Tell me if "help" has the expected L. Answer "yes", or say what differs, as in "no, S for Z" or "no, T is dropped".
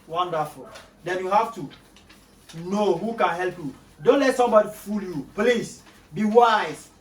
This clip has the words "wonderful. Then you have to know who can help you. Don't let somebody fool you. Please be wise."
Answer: yes